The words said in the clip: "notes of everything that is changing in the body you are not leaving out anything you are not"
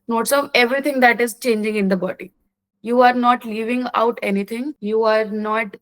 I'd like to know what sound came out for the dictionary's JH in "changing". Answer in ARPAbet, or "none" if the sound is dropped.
JH